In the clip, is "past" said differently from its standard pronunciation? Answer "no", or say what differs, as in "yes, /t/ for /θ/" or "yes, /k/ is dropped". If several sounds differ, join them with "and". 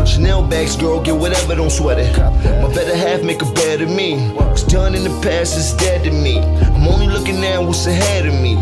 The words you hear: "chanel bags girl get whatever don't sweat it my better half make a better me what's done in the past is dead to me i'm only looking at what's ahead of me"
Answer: yes, /t/ is dropped